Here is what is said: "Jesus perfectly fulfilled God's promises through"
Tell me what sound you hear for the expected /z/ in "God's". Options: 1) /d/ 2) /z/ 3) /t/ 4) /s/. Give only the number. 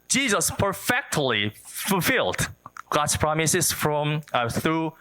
4